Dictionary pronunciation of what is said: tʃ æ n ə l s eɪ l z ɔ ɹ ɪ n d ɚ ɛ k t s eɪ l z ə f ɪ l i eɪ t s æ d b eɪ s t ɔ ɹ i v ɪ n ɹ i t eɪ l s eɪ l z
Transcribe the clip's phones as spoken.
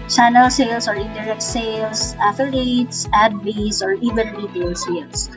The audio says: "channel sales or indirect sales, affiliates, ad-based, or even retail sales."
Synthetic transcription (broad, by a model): tʃ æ n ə l s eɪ l s ɔ ɹ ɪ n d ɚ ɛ k t s eɪ l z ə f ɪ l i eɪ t s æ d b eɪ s ɔ ɹ i v ɪ n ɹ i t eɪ l s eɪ l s